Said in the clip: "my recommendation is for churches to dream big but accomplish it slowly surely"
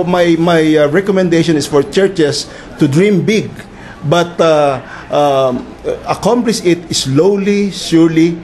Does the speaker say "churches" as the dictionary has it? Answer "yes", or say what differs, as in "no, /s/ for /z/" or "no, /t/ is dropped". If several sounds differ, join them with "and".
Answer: no, /s/ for /z/